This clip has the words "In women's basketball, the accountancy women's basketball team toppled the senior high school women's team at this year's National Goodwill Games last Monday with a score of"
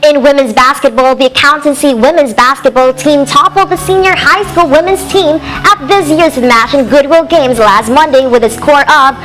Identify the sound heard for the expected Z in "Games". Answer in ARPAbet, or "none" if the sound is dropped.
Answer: Z